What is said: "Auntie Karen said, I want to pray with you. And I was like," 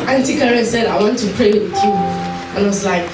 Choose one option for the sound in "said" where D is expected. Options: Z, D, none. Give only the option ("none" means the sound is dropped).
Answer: D